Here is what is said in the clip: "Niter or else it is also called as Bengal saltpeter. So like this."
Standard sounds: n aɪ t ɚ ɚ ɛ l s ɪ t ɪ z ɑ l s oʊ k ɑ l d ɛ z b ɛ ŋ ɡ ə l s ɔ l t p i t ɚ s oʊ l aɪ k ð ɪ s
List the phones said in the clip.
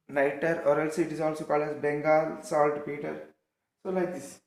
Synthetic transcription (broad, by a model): n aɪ t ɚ ɚ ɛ l s ɪ t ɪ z ɑ l s oʊ k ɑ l ɛ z b ɛ ŋ ɡ ə l s ɔ l t p i t ɚ s oʊ l aɪ k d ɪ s